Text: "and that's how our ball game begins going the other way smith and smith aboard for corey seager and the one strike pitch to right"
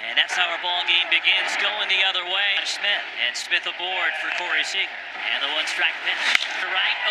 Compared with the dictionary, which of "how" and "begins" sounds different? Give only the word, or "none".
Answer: none